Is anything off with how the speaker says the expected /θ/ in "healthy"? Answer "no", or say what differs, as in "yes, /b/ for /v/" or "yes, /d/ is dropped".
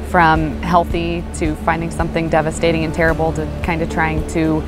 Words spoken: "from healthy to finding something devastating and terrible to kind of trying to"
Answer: no